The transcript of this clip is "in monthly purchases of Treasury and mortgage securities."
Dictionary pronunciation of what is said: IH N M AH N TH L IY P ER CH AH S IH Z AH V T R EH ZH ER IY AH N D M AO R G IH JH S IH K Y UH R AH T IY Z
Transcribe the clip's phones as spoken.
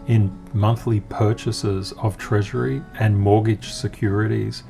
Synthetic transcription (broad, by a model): IH N M AH N TH L IY P ER CH AH S IH Z AH V T R EH ZH ER IY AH N M AO R G IH JH S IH K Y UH R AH T IY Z